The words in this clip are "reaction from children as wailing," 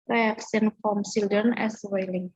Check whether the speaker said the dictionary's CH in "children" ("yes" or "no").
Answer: no